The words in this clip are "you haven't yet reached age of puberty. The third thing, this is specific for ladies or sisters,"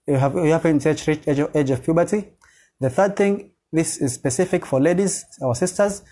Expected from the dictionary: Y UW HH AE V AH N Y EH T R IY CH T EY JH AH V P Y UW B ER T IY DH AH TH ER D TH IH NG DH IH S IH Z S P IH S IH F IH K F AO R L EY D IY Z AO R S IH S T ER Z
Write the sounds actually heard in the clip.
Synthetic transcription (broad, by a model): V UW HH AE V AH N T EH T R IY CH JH EY JH AH V P Y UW B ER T IY DH AH TH ER D TH IH NG DH IH S IH Z S P IH S IH F IH K F AO R L EY D IY Z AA W S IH S T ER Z